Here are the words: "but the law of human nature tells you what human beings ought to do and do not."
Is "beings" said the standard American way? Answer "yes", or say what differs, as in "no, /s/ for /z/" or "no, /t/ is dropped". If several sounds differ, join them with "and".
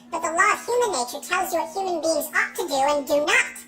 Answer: yes